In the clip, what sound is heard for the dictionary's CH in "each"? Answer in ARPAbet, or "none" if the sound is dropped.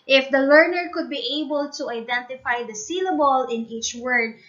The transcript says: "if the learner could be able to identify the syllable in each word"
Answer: CH